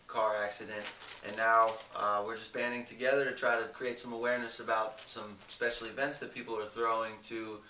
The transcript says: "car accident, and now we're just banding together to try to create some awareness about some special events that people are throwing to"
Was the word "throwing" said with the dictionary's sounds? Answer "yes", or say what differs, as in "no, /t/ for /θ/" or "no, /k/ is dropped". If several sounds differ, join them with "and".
yes